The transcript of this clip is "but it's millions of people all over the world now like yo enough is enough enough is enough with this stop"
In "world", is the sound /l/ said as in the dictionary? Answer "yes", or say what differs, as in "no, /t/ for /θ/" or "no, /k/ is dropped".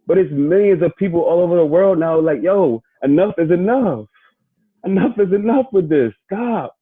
yes